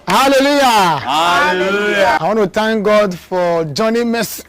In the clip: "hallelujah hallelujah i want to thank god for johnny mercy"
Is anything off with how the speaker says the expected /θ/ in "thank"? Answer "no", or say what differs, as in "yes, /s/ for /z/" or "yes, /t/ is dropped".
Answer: yes, /t/ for /θ/